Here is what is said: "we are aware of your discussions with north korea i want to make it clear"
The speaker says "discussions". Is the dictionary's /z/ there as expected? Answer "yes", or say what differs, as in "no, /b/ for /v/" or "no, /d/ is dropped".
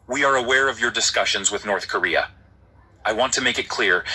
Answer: yes